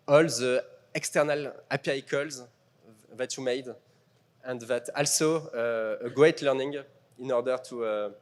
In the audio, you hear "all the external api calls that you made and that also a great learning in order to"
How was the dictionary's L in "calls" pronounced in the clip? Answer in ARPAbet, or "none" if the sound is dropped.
L